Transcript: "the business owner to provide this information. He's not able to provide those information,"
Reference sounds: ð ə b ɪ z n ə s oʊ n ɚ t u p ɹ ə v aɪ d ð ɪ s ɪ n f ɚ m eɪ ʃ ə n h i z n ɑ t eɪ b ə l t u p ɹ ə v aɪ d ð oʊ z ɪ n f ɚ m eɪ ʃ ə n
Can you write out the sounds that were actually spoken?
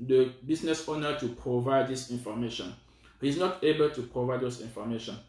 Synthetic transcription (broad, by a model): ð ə b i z n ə s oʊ n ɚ t u p ɹ ə v aɪ d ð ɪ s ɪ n f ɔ m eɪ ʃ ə n h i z n ɑ t eɪ b ə l t u p ɹ ə v aɪ d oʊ s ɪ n f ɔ m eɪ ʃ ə n